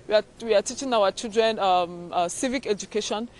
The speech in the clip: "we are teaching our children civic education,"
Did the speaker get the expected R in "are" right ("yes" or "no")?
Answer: no